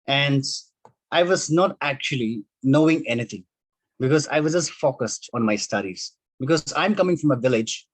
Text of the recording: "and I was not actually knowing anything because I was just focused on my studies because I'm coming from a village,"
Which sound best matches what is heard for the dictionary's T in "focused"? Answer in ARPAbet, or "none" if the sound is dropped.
T